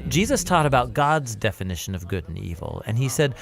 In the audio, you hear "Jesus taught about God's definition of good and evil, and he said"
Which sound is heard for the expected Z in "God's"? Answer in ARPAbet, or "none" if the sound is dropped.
Z